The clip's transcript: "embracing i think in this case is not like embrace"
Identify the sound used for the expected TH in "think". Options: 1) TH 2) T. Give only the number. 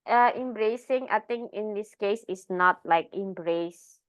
2